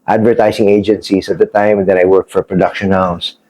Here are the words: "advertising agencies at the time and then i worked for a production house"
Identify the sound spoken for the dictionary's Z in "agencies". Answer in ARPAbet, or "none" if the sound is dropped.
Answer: S